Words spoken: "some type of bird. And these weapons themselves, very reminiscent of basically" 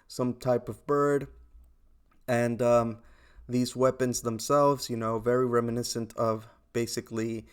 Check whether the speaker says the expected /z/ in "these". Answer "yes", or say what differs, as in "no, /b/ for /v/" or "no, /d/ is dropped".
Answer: yes